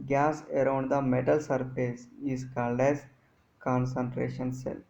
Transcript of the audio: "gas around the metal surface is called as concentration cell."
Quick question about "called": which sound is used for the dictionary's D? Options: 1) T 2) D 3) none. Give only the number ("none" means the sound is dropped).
2